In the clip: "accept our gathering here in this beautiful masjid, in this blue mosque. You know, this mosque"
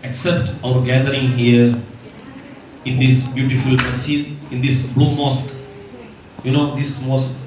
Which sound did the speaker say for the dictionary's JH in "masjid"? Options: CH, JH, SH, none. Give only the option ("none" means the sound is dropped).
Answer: none